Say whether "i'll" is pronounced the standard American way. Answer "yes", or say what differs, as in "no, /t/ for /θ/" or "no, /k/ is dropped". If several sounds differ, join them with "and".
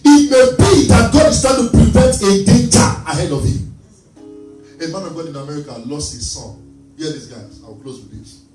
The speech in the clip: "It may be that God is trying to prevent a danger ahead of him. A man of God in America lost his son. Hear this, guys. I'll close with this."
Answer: no, /w/ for /l/